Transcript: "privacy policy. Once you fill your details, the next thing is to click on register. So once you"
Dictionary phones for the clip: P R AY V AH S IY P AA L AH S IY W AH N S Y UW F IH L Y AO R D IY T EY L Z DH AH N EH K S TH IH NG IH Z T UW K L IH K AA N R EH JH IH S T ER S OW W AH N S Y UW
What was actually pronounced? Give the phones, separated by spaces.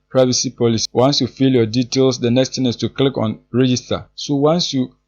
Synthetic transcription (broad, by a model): P R AY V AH S IY P AA L AH S IY W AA N S Y UW F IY L Y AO D IY T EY L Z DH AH N EH K S T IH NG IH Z T UW K L IH K AA N R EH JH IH S T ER S OW W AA N S Y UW